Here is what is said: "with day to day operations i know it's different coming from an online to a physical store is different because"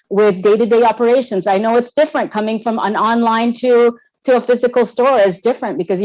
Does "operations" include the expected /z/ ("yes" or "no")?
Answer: yes